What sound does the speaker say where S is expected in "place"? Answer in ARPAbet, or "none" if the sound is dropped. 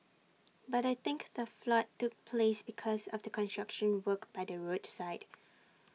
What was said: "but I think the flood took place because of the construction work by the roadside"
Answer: S